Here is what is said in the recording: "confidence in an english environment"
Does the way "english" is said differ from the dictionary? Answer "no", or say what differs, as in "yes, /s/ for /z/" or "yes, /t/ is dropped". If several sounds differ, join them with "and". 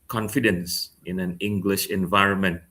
no